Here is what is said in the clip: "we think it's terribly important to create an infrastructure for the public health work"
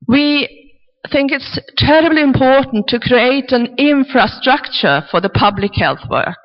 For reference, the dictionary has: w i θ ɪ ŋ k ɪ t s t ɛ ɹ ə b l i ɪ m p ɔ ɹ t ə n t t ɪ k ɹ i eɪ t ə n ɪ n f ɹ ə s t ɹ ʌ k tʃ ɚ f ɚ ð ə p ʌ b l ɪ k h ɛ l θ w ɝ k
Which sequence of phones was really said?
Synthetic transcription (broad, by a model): w i θ ɪ ŋ k ɪ t s t ɛ ɹ ə b l i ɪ m p ɔ ɹ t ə n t t ɪ k ɹ i eɪ t ə n ɪ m f ɹ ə s t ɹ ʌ k tʃ ɚ f ɚ ð ə p ʌ b l ɪ k h ɛ l θ w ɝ k